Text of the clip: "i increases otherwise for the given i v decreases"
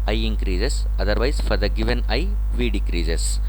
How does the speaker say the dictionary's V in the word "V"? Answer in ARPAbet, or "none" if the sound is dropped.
V